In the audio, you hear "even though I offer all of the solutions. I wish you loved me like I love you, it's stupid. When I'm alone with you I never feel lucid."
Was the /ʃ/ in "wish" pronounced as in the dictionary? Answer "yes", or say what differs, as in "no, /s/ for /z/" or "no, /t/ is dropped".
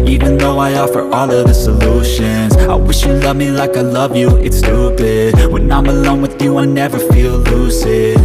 yes